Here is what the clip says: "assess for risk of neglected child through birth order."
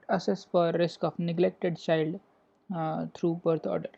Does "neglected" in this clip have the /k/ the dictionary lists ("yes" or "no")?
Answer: yes